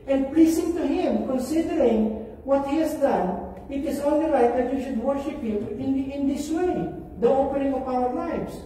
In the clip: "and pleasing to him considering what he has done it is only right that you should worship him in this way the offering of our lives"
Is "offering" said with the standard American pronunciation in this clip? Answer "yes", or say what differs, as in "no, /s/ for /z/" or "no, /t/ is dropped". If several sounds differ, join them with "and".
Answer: no, /p/ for /f/